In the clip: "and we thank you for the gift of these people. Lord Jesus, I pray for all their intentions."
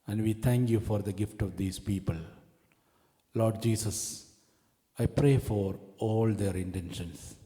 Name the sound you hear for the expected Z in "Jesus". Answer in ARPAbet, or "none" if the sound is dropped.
S